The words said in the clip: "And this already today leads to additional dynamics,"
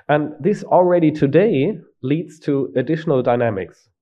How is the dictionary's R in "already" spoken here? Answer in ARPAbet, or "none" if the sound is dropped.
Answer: R